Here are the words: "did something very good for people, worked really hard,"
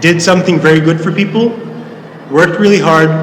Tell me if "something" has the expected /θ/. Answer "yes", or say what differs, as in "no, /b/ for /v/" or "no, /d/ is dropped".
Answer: yes